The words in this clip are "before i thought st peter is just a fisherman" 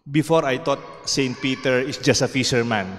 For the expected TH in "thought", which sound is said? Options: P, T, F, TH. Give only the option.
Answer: T